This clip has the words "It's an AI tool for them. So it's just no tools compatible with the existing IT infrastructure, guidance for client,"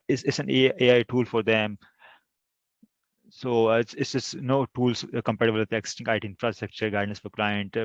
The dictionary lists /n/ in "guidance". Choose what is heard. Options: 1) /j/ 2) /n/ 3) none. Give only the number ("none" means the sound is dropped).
3